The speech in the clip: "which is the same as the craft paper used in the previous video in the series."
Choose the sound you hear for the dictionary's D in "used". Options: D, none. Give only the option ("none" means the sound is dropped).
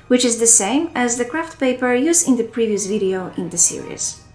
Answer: none